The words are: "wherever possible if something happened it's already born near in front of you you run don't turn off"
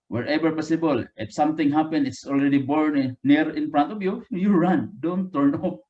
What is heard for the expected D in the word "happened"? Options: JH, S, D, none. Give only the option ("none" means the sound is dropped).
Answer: none